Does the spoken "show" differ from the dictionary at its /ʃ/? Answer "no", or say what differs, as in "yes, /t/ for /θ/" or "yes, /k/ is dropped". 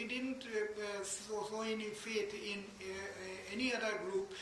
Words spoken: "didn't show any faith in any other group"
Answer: yes, /s/ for /ʃ/